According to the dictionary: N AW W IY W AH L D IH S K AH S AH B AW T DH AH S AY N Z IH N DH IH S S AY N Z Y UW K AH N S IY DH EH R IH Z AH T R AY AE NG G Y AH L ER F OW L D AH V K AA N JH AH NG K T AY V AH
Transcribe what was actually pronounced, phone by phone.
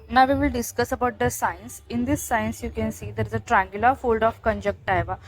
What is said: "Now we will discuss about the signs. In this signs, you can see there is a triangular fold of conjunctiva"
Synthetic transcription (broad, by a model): N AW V IY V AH L D IH S K AH S AH B AW T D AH S AY N S IH N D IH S S AY N S Y UW K AH N S IY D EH R IH Z AH T R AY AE NG G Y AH L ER F OW L D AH F K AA N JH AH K T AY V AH